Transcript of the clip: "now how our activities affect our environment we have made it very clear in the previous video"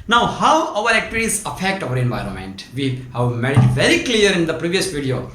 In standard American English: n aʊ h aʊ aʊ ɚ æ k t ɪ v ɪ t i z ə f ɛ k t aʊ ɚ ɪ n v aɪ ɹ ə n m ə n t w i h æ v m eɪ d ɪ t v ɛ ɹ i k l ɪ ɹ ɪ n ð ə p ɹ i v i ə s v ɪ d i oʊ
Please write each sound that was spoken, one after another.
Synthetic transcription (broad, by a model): n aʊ h aʊ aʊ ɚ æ k t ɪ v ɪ t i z ə f ɛ k t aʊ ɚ ɪ n v aɪ ɹ ə n m ə n t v i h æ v m eɪ d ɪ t v ɛ ɹ i k l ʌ ɹ ɪ n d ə p ɹ i v i ə s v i d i oʊ